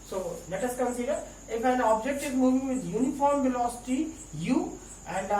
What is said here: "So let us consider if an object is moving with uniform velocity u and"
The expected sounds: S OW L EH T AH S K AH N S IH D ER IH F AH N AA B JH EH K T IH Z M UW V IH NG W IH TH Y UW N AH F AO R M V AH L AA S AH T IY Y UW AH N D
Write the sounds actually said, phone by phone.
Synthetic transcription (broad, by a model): S OW L EH T AH S K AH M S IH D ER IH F AH N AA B JH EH K T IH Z M UW V IH NG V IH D Y UW N AH F AO R M V AH L AA S AH T IY Y UW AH N D